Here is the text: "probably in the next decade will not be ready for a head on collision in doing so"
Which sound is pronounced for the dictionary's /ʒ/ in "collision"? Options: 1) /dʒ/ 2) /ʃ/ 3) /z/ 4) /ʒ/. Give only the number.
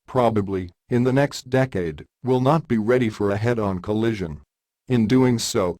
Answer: 4